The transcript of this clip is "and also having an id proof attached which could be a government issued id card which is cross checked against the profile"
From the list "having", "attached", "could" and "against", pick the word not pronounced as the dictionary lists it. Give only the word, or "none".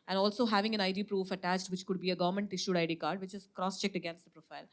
none